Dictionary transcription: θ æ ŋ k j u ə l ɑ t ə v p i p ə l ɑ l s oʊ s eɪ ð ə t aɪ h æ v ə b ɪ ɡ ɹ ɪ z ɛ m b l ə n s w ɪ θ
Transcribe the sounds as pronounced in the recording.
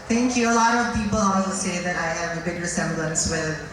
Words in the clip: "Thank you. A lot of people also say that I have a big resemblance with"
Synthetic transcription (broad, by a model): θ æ ŋ k j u ə l ɑ t ə v p i p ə l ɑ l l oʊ s eɪ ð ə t aɪ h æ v ə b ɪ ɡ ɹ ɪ s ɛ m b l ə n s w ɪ